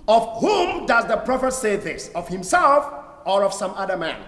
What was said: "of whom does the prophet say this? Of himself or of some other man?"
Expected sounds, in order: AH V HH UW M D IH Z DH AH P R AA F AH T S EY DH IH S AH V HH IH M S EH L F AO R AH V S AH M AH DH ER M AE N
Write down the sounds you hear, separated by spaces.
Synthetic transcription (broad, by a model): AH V HH UW M D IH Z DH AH P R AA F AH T S EY DH IH S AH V HH IH M S EH L F AO R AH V S AH M AH DH ER M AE N